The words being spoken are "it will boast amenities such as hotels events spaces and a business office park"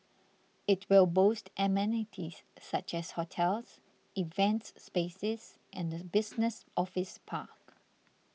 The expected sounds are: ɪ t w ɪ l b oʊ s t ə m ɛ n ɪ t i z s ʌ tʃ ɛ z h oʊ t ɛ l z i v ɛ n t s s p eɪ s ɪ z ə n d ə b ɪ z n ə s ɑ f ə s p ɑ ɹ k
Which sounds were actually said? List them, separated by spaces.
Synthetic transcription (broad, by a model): ɪ t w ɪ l b oʊ s t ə m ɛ n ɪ t i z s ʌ tʃ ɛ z h oʊ t ɛ l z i v ɛ n t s s p eɪ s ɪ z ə n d ə b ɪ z n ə s ɑ f ə s p ɑ k